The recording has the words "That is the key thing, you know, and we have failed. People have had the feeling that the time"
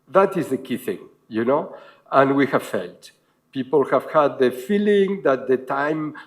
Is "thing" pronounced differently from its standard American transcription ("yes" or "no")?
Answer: no